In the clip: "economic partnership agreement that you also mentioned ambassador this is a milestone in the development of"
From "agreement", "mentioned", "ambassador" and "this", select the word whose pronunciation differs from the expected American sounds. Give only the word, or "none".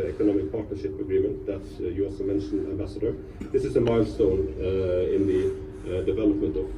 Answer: mentioned